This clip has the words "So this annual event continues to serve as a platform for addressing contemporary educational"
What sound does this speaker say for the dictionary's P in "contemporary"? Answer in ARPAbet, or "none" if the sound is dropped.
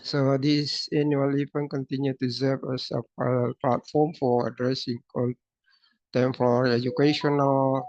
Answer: F